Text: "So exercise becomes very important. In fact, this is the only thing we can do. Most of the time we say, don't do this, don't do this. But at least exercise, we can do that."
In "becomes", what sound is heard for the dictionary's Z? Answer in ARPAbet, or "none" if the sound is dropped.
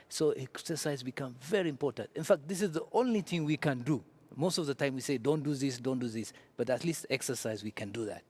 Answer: none